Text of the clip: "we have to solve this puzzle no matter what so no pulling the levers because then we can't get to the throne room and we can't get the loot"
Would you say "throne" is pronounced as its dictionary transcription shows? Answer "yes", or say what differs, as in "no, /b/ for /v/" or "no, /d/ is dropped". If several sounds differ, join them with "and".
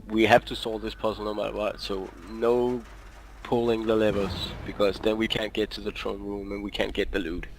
no, /t/ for /θ/